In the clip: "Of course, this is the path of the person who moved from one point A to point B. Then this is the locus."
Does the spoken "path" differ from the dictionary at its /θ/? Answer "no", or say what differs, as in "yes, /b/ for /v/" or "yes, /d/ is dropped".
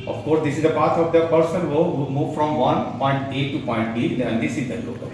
yes, /t/ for /θ/